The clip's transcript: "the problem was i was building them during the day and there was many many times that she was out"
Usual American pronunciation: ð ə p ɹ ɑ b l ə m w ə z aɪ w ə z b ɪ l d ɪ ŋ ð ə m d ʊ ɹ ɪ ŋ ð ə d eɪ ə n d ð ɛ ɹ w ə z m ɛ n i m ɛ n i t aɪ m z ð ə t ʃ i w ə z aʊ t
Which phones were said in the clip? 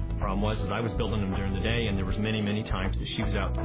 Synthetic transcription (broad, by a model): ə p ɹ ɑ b w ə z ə z aɪ w ə z b ɪ l d ɪ ŋ ð ə m d ʊ ɹ ɪ ŋ ð ə d eɪ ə n ð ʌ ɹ w ə z m ɛ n i m ɛ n i t aɪ m z ð ə t ʃ i w ə z aʊ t